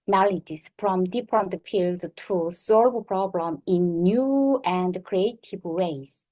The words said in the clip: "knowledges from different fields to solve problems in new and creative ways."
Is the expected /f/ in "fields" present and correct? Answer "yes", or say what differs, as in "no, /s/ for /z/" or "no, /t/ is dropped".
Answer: no, /p/ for /f/